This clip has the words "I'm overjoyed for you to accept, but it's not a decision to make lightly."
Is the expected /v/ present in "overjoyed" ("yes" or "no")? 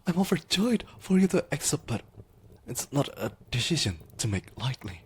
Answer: no